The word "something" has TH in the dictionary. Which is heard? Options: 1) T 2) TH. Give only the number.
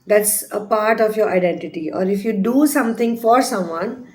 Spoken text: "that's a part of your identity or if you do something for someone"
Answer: 1